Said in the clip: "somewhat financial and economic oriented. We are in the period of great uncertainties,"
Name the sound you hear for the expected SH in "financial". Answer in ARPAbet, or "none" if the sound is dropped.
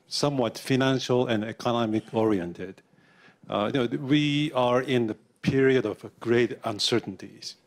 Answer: SH